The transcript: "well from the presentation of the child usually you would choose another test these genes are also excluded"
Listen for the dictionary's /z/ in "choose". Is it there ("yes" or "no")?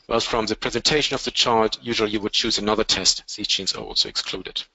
yes